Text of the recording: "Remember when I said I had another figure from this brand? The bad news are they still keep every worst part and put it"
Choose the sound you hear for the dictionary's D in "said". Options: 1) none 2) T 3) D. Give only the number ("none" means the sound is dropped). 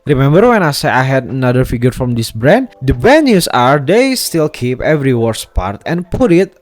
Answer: 1